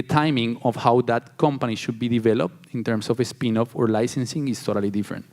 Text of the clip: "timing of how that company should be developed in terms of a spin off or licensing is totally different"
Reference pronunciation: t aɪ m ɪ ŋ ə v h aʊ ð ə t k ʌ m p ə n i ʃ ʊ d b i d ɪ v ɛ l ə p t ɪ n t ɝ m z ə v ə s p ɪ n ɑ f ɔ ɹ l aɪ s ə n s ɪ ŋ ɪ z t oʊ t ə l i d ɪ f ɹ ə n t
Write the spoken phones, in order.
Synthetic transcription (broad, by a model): t aɪ m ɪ ŋ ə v h aʊ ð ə t k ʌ m p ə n i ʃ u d b i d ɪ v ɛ l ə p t ɪ n t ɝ m s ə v ə s p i n ɑ f ɔ ɹ l aɪ s ə n s ɪ ŋ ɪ s t oʊ t ə l i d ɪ f ɹ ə n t